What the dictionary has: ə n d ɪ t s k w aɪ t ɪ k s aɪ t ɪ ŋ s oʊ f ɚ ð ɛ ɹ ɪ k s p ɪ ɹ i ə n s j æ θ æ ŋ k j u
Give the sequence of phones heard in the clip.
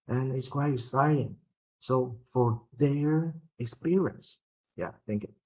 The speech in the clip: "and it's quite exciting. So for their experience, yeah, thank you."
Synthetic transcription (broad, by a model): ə n ɪ t s k w aɪ t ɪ s aɪ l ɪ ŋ s oʊ f ɚ ð ɛ ɹ ɪ k s p ɪ ɹ i ə n s j æ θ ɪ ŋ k